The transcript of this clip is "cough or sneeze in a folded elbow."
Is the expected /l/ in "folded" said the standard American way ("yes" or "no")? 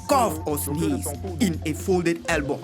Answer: yes